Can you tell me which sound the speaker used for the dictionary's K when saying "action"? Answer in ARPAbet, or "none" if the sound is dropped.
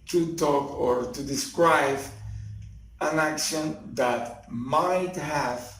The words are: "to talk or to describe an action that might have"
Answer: K